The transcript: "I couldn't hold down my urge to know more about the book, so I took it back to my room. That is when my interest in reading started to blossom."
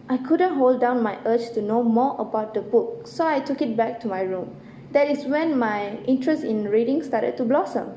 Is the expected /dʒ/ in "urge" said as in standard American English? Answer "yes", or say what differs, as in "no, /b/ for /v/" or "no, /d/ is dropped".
no, /tʃ/ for /dʒ/